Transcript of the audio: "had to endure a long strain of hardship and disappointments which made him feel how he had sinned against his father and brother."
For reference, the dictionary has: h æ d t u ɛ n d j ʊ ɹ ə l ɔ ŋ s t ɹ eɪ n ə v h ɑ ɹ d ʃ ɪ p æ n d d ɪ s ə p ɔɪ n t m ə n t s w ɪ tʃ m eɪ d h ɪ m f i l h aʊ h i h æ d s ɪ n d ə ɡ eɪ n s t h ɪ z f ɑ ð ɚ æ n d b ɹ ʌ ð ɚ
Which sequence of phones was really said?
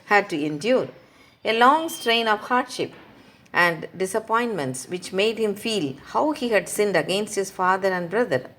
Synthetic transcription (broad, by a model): h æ d t u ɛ n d j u ɹ ə l ɔ ŋ s t ɹ eɪ n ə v h ɑ ɹ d ʃ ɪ p æ n d d ɪ s ə p ɔɪ n t m ə n t s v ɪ tʃ m eɪ d h ɪ m f i l h aʊ h i h æ d s ɪ n d ə ɡ eɪ n s t h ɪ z f ɑ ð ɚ æ n d b ɹ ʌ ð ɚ